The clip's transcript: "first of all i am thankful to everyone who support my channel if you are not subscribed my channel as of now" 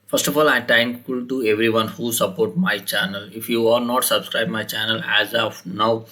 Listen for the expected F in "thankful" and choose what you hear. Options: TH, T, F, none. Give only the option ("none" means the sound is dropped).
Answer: none